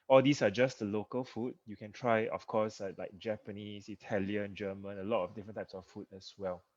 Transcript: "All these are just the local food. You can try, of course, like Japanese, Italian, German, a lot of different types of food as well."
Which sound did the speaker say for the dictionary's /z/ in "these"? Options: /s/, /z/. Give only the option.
/s/